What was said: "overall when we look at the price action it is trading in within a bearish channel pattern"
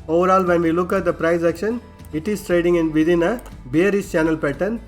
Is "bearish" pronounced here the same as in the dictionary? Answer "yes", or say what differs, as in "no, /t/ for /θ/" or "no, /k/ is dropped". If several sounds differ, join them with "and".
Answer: no, /s/ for /ʃ/